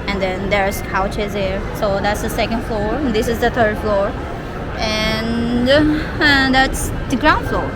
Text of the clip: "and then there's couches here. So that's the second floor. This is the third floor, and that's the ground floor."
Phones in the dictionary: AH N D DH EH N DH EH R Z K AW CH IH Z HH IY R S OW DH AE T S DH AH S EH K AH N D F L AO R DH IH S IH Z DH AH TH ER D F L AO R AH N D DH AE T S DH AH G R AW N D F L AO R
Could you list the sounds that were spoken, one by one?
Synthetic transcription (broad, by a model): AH N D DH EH N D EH R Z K AW CH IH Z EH R S OW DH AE T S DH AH S EH K AH N D F L AO R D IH S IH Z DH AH T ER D F L AO R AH N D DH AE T S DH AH G R AW N D F L AO R